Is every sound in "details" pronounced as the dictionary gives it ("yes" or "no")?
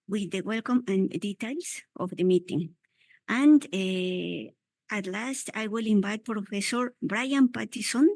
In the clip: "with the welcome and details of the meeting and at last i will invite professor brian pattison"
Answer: no